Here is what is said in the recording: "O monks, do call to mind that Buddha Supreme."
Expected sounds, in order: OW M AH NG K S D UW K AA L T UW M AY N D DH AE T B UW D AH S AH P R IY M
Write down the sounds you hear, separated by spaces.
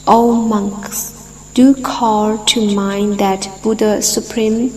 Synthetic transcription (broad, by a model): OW M AH NG K S D UW K AA L T UW M AY N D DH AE T B UW D AH S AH P R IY M